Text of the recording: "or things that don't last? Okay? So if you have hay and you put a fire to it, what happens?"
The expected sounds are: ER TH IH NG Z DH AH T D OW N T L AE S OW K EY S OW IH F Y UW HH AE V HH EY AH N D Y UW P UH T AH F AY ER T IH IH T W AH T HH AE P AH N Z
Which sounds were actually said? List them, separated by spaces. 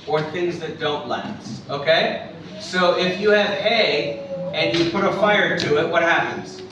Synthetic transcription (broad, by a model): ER TH IH NG Z DH AH T D OW N T L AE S OW K EY S OW IH F Y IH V HH EY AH N Y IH P UH T AH F AY ER T IH IH T W AH T HH AE P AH N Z